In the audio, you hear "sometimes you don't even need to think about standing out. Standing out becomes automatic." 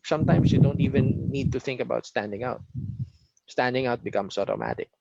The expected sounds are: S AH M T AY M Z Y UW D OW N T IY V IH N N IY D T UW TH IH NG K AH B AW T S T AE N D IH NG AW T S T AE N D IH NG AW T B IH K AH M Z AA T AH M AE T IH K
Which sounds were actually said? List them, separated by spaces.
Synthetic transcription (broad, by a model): S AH M T AY M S Y UW D OW N T IY V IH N N IY D T UW TH IH NG K AH B AW T S T AE N D IH NG AW T S T AE N D IH NG AW T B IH K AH M S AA T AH M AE T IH K